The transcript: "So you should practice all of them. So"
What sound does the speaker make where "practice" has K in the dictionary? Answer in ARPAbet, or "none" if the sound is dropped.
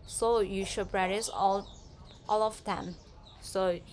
none